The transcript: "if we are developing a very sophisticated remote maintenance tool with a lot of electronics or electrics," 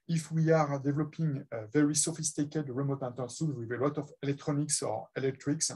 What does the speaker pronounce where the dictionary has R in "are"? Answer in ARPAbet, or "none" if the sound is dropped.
R